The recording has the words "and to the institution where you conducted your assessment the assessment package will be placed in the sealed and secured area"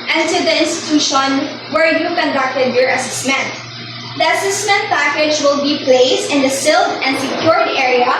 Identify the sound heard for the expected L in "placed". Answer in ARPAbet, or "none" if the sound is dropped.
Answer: L